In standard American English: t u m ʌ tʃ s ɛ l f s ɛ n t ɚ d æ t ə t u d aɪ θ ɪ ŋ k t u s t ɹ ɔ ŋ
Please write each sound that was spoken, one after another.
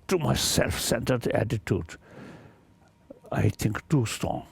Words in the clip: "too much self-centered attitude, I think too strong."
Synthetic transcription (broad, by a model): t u m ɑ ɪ s ɛ l f s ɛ n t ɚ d æ t ə t u d aɪ t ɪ ŋ k t u s t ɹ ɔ ŋ